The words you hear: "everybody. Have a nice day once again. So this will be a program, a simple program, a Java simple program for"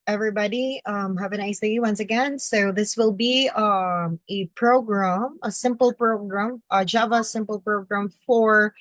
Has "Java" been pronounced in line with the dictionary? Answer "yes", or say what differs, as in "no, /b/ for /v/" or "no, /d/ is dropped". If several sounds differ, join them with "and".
yes